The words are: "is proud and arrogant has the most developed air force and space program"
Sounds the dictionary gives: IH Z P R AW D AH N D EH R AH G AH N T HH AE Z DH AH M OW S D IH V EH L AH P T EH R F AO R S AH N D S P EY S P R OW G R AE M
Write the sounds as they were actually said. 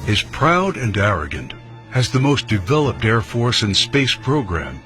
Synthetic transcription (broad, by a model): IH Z P R AW D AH N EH R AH G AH N T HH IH Z DH AH M OW S D IH V EH L AH P T EH R F AO R S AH N S P EY S P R OW G R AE M